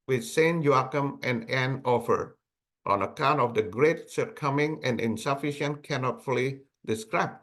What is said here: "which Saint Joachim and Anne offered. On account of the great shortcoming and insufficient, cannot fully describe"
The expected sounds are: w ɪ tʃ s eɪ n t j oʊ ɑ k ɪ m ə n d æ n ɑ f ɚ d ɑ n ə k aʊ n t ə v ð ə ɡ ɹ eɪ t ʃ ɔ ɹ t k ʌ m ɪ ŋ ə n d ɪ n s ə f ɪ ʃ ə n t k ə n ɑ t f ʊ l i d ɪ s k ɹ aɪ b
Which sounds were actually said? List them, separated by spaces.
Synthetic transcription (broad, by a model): w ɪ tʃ s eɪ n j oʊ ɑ k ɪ m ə n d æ n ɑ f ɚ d ɑ n ə k aʊ n t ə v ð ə ɡ ɹ eɪ t s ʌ ɹ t k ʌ m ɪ ŋ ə n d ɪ n s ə f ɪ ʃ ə n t k ə n ɑ t f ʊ l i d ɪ s k ɹ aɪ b